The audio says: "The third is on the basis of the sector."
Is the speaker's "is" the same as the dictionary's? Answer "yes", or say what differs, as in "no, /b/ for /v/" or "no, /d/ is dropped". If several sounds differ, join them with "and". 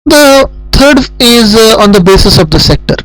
yes